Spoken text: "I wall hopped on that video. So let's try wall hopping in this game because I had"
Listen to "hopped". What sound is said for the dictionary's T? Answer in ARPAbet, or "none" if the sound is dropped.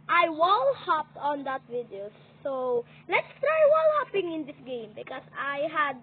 T